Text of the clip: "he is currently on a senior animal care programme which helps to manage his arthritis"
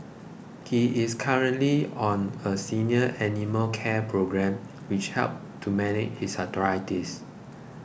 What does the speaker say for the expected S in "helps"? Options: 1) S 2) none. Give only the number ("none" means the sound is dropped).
2